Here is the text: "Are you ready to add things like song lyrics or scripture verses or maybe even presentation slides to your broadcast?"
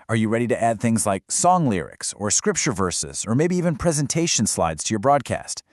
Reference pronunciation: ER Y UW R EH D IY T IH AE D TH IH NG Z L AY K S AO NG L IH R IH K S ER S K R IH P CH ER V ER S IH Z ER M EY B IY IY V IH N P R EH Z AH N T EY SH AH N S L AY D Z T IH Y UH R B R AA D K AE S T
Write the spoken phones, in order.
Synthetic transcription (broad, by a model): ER Y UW R EH D IY T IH AE D TH IH NG Z L AY K S AO NG L IH R IH K S ER S K R IH P CH ER V ER S IH Z ER M EY B IY IY V IH N P R EH Z AH N T EY SH AH N S L AY D Z T IH Y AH R B R AA D K AE S T